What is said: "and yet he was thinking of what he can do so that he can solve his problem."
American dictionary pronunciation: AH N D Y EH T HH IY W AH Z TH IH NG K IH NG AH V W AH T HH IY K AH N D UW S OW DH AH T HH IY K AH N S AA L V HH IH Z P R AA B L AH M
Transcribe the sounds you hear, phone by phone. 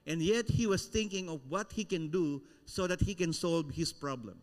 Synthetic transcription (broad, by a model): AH N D Y EH T HH IY W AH S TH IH NG K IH NG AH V W AH T HH IY K AH N D UW S OW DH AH T HH IY K AH N S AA L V HH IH S P R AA B L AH M